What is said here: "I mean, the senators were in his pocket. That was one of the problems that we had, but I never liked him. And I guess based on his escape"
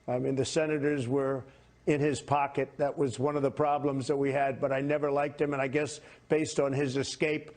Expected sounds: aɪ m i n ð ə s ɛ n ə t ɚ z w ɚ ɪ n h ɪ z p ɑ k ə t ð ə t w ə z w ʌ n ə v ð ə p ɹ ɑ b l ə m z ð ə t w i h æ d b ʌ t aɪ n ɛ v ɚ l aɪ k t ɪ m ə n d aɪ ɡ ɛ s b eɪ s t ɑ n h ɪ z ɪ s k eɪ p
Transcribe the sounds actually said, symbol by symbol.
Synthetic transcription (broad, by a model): aɪ m i n ð ə s ɛ n ə t ɚ z w ɚ ɪ n ɪ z p ɑ k ə t ð ə t w ə z w ʌ n ə v ð ə p ɹ ɑ b l ə m z ð ə t w i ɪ d b ʌ t aɪ n ɛ v ɚ l aɪ k t ɪ m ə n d aɪ ɡ ɛ s b eɪ s t n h ɪ z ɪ s k eɪ p